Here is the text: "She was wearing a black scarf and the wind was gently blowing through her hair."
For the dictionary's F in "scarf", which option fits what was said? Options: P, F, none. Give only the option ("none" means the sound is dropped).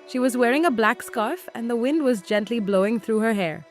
F